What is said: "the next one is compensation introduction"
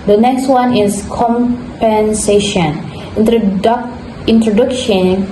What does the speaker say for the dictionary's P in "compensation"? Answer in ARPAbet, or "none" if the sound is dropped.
P